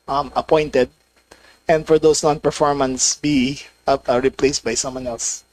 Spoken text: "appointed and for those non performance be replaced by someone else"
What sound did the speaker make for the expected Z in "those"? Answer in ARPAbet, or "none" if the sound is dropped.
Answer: S